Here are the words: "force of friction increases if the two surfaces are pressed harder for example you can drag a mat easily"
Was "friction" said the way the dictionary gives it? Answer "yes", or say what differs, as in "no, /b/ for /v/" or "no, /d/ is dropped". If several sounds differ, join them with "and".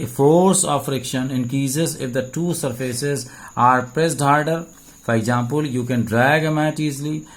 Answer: yes